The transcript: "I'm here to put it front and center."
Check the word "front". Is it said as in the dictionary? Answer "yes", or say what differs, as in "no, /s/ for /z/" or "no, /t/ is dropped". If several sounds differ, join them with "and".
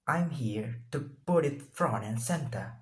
no, /t/ is dropped